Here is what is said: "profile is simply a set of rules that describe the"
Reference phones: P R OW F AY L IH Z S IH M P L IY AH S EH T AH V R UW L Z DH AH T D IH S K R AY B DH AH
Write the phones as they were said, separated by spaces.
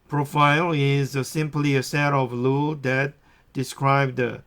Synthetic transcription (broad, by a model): P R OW F AY L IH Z S IH M P L IY AH S EH T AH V L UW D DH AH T D IH S K R AY B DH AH